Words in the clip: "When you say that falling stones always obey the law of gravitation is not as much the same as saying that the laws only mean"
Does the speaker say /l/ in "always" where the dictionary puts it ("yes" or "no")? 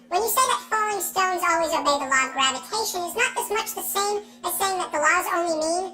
yes